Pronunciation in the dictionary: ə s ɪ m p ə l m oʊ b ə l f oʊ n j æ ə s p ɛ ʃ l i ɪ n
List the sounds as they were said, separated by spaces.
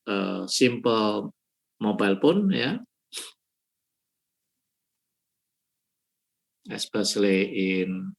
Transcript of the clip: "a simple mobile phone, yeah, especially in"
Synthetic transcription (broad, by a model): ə s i m p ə l m oʊ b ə l p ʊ n j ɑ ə s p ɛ s l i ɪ n